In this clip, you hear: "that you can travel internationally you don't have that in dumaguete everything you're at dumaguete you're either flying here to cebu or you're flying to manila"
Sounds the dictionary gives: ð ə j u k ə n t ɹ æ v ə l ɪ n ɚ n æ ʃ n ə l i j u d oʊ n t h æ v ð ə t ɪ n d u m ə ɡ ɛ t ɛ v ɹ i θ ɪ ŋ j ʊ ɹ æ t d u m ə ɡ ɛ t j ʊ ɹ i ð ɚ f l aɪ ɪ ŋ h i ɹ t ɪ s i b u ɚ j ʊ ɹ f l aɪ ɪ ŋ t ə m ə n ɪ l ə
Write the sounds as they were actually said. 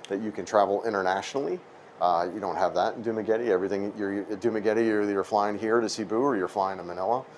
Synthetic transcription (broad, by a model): ð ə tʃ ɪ k ə n t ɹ æ v l ɪ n ɚ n æ ʃ n l i j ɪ d oʊ n t h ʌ v ð ə t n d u m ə ɡ ɛ t ɛ v ɹ i θ ɪ ŋ j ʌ ɹ d u m ə ɡ ɛ t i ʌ ɹ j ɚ f l aɪ ɪ ŋ h i ɹ t ɪ s i b u ɚ j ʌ ɹ f l aɪ ɪ ŋ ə m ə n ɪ l ə